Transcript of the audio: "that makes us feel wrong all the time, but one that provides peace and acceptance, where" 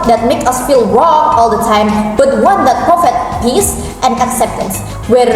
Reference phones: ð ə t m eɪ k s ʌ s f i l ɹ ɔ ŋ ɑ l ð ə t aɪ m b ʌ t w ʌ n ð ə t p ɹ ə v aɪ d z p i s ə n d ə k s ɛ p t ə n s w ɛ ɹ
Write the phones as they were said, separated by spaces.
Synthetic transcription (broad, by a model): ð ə t m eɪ k ʌ s f i l ɹ ɔ ŋ ɑ l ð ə t aɪ m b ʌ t w ʌ n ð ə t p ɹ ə f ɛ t p i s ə n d ə k s ɛ p t ə n s w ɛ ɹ